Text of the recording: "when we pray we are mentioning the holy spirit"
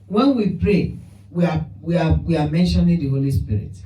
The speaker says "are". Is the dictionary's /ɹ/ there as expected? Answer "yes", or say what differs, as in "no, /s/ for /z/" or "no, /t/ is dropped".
no, /w/ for /ɹ/